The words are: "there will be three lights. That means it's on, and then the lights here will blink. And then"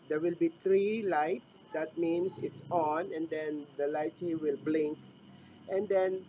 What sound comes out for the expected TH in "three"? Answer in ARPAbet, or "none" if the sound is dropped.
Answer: T